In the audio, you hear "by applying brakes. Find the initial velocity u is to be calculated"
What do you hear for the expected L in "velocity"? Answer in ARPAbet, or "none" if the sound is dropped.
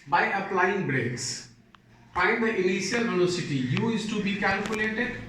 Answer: N